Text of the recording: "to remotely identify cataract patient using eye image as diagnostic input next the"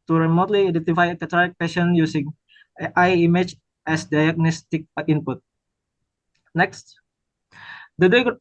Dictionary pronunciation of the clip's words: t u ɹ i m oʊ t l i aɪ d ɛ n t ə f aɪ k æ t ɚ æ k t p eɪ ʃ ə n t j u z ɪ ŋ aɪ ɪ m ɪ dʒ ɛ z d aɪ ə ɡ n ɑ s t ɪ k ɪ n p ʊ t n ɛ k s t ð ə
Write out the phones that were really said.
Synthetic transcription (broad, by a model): t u ɹ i m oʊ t l i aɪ d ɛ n t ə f aɪ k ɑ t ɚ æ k p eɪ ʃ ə n j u s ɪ ŋ aɪ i m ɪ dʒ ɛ s d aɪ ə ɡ n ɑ s t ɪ k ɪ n p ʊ t n ɛ k s t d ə